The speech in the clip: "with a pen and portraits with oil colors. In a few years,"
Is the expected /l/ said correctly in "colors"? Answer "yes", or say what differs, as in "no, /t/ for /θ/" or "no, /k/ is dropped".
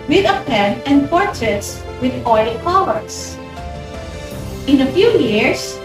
no, /w/ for /l/